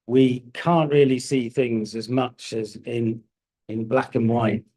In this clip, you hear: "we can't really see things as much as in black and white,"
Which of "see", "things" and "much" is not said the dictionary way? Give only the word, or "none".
none